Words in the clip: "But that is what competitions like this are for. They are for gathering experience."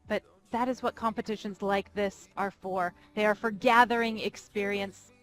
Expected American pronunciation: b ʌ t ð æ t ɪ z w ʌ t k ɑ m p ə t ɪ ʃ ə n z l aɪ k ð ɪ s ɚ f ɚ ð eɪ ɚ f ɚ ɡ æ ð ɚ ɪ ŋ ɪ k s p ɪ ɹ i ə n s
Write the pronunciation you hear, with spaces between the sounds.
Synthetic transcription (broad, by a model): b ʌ t ð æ t ɪ z w ʌ t k ɑ m p ə t ɪ ʃ ə n z l aɪ k ð ɪ s ɚ f ɚ ð eɪ ɚ f ɚ ɡ æ ð ɚ ɪ ŋ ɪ k s p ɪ ɹ i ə n s